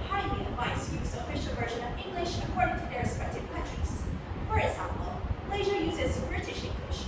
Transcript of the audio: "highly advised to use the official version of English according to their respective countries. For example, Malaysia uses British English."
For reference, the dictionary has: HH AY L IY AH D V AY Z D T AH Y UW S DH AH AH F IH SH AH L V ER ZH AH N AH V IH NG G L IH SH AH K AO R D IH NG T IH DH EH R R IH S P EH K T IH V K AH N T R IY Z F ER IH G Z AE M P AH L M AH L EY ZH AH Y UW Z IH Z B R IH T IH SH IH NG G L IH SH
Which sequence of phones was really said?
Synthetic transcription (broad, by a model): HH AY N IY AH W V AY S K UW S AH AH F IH SH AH L V ER ZH AH N AH V IH NG G L IH SH AH K AO R D IH NG T IH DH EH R R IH S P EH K T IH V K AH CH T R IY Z F ER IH G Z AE M P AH L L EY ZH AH Y UW Z IH Z B R IH T IH SH IH NG G L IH SH